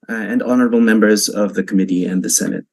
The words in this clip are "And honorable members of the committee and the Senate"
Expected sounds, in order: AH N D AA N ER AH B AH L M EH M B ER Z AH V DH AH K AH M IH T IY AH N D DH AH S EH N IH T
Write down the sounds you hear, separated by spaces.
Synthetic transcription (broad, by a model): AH N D AA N ER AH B L M EH M B ER Z AH V DH AH K AH M IH T IY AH N DH AH S EH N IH T